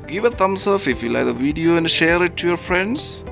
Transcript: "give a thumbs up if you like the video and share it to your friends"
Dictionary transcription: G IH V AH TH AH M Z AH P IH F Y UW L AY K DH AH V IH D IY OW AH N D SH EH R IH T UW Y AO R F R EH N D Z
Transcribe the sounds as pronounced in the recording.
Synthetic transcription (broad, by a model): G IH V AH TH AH M S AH F IH F Y UW L AY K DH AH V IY D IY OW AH N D SH EH R IH T UW Y AO R F R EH N D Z